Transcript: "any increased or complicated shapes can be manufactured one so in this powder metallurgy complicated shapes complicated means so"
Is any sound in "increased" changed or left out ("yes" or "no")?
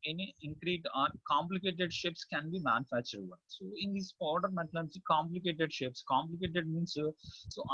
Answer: yes